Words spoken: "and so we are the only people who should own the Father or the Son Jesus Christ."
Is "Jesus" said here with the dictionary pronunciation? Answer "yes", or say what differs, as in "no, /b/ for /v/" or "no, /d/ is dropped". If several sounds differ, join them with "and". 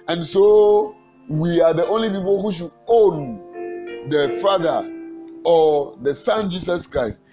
no, /s/ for /z/